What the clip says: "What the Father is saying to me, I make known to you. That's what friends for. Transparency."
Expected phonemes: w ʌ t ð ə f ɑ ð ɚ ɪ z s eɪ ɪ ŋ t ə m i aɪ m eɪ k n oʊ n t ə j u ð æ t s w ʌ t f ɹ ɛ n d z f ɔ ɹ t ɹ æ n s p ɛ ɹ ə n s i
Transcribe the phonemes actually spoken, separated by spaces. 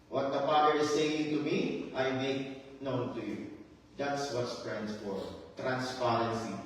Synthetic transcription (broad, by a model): w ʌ t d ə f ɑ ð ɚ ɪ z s eɪ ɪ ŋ t ə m i aɪ m eɪ k n oʊ n t ə j u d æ t s w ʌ t p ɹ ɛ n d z f ɔ ɹ t ɹ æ n s p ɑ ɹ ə n s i